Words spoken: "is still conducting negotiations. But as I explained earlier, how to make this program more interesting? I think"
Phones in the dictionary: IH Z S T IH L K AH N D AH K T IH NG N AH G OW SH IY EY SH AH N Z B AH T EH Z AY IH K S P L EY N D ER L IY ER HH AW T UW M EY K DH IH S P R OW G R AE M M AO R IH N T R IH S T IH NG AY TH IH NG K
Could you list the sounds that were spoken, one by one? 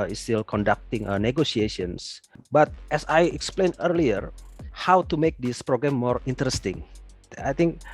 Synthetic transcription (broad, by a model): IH S T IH L K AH N D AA K T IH NG N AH G OW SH IY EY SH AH N S B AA T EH S AY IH K S P L EY N ER L IY ER HH AW T UW M EY K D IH S P R OW G R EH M M AO R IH N T R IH S T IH NG AY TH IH NG K